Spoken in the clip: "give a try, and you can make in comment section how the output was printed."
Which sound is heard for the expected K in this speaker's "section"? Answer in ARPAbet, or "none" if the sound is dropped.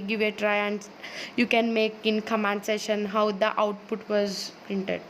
none